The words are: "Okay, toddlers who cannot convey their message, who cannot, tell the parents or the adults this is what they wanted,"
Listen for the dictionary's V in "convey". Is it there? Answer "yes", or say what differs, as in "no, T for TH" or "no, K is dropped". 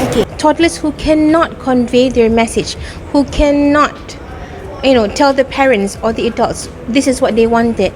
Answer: yes